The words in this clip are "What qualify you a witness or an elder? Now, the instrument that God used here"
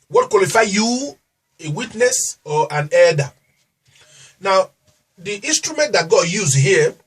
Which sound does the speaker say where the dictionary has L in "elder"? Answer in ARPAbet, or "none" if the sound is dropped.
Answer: none